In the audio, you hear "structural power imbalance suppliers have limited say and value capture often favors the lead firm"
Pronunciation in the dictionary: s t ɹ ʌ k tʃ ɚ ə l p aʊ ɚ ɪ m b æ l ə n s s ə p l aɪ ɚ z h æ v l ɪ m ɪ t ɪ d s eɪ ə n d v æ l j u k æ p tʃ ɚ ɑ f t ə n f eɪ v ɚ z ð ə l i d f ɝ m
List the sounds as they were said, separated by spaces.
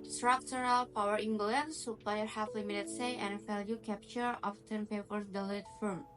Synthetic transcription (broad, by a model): s t ɹ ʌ k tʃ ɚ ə l p aʊ ɚ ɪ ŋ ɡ l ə n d s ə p l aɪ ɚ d h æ f l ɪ m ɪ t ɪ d s eɪ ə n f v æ l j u k æ p tʃ ɚ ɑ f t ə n p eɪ p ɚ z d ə l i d f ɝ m